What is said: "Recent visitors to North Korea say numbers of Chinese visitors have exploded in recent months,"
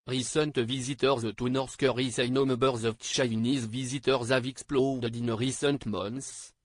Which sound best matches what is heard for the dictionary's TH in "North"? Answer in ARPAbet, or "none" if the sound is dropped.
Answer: S